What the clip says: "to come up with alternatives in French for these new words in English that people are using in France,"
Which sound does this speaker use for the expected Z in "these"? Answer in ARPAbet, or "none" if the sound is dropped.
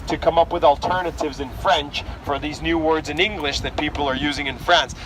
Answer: Z